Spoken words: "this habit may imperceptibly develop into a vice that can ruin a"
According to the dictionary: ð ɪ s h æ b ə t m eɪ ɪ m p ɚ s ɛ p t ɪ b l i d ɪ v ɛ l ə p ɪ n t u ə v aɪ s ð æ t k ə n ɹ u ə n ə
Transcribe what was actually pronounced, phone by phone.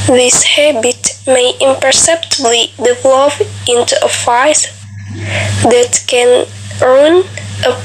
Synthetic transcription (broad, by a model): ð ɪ s h æ b ə t m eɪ ɪ m p ɚ s ɛ p t ɪ b l i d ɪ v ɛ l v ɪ n t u ə f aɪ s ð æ t k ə n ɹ n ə